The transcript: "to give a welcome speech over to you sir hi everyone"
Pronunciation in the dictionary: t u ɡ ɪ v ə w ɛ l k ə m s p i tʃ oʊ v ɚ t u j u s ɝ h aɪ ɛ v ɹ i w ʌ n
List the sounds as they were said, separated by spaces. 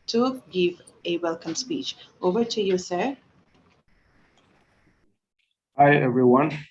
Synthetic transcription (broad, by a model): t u ɡ ɪ v ə w ɛ l k ə m s p i tʃ oʊ v ɚ t u j u s ɝ aɪ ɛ v ɹ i w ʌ n